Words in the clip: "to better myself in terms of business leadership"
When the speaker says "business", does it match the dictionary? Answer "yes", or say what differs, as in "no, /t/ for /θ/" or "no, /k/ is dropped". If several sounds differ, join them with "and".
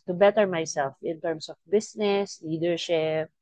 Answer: no, /s/ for /z/